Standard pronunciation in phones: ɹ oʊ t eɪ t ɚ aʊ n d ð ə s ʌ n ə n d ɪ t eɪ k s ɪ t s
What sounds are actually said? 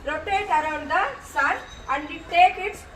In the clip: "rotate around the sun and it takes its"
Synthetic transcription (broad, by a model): ɹ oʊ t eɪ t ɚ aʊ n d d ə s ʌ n ə n d ɪ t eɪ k ɪ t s